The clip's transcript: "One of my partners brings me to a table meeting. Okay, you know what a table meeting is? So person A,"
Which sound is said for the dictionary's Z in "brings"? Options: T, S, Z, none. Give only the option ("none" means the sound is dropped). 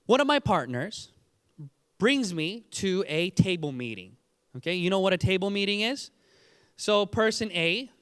Z